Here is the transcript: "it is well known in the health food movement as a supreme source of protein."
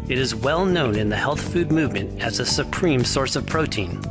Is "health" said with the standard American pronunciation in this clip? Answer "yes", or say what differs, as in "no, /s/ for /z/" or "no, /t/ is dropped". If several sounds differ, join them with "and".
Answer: yes